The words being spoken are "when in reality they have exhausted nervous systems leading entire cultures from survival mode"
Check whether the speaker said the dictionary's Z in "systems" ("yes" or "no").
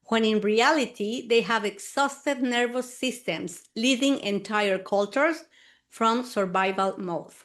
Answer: no